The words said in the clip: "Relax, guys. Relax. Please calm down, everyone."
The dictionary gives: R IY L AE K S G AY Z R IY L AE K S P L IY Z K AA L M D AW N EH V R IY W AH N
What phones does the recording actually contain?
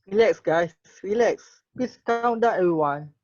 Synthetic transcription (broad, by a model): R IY L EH K S G AY S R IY L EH K S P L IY S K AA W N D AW EH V R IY W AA N